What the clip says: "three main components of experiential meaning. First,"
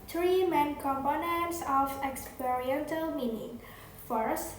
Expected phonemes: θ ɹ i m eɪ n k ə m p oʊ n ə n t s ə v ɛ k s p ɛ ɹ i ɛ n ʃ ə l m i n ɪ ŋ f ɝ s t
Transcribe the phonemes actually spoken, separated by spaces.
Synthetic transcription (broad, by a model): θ ɹ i m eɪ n k ə m p oʊ n ə n t s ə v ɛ k s p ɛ ɹ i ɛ n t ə l m i n ɪ ŋ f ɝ s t